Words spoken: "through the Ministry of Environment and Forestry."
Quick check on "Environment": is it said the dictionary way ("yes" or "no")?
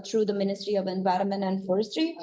yes